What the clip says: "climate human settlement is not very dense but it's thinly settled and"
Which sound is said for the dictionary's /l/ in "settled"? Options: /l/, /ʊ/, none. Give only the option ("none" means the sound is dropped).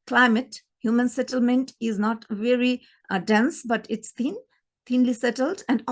/l/